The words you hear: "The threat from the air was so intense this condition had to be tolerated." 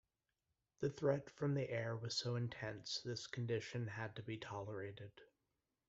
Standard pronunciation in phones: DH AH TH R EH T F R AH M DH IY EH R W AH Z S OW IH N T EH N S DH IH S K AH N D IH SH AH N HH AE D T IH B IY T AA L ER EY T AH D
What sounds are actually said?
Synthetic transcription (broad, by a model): DH AH TH R EH T F R AH M DH IY EH R W AH Z S OW IH N T EH N S DH IH S K N D IH SH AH N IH D T IH B IY T AA L ER EY T AH D